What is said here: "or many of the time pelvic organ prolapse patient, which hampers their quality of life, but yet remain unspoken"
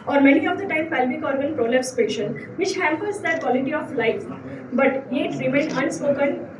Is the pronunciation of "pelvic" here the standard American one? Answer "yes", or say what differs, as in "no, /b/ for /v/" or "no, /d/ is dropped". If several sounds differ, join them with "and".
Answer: no, /b/ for /v/